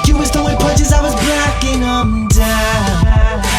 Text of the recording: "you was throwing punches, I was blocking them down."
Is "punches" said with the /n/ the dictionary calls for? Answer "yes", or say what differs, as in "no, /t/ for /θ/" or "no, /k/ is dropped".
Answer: no, /n/ is dropped